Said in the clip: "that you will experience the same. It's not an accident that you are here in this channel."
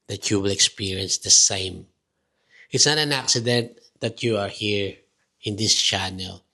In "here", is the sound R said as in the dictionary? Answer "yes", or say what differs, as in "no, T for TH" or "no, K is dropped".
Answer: yes